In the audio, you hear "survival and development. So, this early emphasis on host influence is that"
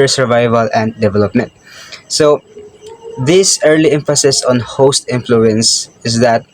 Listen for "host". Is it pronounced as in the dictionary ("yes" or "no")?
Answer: yes